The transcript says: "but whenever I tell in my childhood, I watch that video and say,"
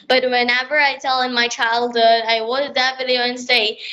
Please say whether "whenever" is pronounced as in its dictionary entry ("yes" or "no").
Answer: yes